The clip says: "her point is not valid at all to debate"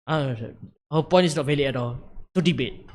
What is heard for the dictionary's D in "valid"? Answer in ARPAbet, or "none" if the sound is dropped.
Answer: none